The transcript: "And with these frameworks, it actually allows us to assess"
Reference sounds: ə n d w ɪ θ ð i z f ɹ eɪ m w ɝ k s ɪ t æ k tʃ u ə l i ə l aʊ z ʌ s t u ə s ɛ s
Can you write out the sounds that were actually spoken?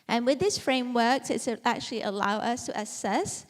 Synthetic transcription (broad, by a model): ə n w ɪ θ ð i s f ɹ eɪ m w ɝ k s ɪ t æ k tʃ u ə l i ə l aʊ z ʌ s t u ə s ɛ s